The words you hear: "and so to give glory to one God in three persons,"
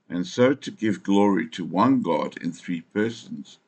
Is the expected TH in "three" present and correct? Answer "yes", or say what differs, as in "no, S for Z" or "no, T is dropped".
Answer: yes